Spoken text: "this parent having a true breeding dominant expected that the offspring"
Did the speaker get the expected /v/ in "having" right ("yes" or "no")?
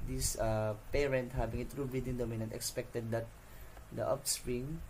no